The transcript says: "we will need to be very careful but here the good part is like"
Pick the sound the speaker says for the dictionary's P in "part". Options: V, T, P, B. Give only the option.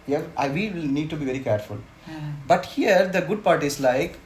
P